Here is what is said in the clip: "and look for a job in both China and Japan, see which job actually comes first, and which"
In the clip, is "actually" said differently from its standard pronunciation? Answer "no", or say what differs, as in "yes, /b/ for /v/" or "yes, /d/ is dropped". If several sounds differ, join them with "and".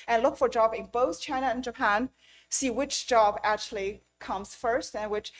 no